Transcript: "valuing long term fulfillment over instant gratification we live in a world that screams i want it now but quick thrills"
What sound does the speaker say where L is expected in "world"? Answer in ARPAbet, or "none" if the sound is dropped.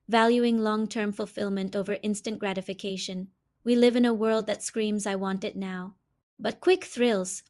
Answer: L